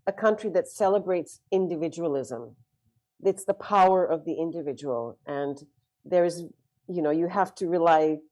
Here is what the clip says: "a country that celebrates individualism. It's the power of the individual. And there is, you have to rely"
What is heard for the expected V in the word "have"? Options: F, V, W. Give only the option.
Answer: F